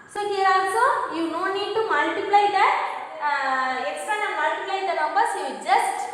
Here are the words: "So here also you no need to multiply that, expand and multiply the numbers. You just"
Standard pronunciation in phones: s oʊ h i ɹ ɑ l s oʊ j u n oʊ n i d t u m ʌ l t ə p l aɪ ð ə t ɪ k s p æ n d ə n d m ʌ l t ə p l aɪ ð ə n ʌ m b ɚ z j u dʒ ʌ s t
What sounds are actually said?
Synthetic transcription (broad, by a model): s oʊ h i ɹ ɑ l s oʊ j u n oʊ n i d t u m ʌ l t ə p l aɪ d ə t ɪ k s ʌ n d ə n m ʌ l t ə p l aɪ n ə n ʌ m b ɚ s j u dʒ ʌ s t